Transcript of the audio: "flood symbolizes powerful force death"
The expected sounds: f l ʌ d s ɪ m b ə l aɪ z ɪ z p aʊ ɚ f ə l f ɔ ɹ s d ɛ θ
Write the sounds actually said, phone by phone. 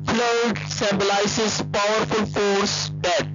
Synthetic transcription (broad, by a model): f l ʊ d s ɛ b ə l aɪ s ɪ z p aʊ ɚ f ə l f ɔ ɹ s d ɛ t